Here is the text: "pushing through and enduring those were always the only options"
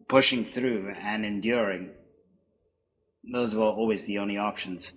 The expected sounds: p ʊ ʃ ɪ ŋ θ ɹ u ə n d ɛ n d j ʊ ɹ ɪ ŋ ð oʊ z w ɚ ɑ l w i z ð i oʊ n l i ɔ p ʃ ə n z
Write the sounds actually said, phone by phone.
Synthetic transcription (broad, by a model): p ʊ ʃ ɪ ŋ θ ɹ u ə n ɛ n d j ʊ ɹ ɪ ŋ ð oʊ z w ɚ ɑ l w i z ð i oʊ n l i ɔ p ʃ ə n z